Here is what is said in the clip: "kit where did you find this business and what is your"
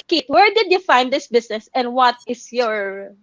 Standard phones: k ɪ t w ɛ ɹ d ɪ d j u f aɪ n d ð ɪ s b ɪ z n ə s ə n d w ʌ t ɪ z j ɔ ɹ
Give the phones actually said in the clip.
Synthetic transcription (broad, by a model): k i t w ɛ ɹ d ɪ d j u f aɪ n d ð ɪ s b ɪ s n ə s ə n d w ʌ t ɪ s j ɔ ɹ